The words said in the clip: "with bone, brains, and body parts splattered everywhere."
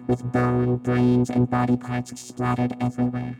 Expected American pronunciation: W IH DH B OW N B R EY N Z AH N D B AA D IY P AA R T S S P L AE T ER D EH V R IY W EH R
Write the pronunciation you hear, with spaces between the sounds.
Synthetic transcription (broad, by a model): W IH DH B OW N B R EY N Z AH N B AA D IY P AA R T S S P L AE T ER D EH V R IY W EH R